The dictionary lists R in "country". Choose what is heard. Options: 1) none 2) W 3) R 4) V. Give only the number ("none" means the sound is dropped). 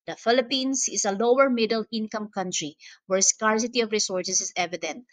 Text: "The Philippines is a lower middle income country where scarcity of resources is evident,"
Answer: 3